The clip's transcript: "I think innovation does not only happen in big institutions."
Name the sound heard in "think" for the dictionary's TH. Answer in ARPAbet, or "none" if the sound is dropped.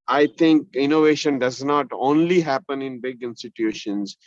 T